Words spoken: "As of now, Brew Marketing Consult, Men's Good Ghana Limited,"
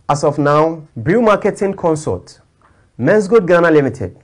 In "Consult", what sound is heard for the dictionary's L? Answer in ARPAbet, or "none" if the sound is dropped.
none